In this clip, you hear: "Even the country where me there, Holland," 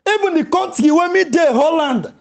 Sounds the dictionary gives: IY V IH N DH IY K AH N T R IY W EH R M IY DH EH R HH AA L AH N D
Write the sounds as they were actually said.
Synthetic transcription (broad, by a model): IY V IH N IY K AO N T IY W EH M IY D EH HH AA L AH N D